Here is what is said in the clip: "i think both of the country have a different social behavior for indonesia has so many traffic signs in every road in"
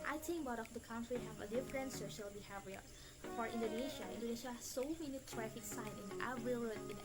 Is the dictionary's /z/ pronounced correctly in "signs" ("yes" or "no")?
no